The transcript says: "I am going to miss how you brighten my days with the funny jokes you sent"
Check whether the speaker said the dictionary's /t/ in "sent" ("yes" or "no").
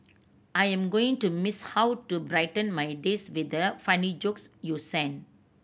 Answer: no